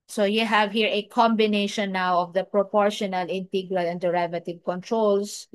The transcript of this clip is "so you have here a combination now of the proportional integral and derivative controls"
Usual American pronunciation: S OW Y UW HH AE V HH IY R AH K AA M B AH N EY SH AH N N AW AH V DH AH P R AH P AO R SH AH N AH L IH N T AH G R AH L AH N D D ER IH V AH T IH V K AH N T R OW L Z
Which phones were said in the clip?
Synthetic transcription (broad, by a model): S OW Y UW HH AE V HH IY R AH K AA M B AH N EY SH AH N N AW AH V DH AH P R AH P AO R SH AH N AH L IH N T AH G R AH L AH N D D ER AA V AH T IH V K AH N T R OW L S